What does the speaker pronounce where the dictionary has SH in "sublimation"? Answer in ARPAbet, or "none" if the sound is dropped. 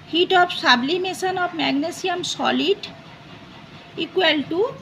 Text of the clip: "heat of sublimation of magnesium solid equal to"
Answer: S